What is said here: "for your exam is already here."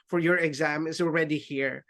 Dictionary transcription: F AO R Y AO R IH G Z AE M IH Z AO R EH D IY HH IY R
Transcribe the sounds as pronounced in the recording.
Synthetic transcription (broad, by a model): F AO R Y AO R IH G Z AE M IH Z AO R EH D IY HH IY R